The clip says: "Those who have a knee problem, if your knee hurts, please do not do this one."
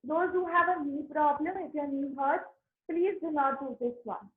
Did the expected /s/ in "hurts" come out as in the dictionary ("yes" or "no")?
no